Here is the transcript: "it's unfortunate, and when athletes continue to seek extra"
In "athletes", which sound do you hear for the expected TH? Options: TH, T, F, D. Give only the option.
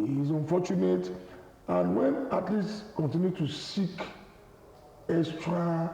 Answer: T